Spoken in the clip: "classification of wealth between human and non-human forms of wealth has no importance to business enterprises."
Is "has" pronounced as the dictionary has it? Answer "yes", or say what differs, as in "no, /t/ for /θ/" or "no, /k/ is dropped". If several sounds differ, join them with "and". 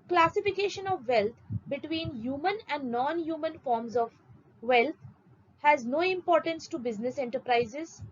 yes